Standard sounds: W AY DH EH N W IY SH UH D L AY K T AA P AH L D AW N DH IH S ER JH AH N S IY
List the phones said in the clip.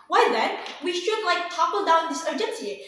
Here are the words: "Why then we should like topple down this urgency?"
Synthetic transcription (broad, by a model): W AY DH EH N W IY SH UH D L AY K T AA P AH L D AW N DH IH S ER JH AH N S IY